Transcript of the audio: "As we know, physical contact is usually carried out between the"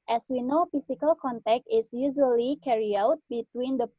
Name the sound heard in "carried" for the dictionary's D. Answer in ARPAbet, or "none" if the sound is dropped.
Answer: none